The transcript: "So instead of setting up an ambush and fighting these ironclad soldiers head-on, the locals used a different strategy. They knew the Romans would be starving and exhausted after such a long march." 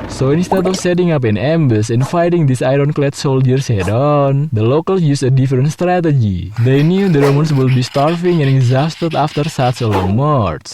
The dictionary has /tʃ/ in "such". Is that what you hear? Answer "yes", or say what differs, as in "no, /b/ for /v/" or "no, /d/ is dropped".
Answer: no, /s/ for /tʃ/